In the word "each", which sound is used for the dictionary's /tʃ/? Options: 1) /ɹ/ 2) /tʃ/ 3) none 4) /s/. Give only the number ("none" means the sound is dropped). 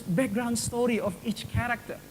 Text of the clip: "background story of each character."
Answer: 2